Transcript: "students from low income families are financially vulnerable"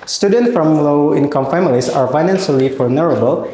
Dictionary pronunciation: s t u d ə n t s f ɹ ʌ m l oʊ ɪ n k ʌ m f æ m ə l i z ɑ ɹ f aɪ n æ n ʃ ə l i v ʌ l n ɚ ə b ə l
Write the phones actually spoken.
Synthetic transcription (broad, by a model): s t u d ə n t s f ɹ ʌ m l oʊ ɪ n k ʌ m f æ m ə l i s ɑ ɹ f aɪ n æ n s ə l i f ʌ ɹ n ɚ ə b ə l